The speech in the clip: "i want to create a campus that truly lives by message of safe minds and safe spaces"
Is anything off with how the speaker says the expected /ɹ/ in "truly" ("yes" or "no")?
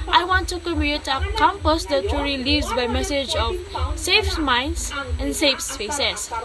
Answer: yes